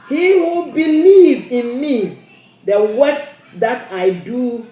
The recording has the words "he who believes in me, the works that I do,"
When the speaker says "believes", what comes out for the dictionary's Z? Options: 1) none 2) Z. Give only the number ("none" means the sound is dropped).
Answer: 1